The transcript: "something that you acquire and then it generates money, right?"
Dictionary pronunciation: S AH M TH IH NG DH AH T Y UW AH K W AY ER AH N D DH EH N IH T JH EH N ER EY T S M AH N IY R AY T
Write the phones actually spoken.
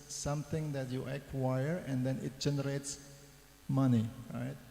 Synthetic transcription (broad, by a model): S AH M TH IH NG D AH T Y UW AH K W AY ER AH N D EH N IH T JH EH N ER EY T S M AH N IY R AY T